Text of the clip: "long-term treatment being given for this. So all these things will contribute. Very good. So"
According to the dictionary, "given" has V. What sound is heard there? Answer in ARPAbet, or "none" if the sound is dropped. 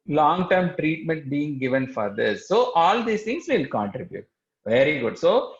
V